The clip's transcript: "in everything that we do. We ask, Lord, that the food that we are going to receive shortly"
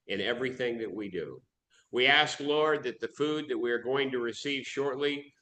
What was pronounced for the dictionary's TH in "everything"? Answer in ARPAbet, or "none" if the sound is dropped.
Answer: TH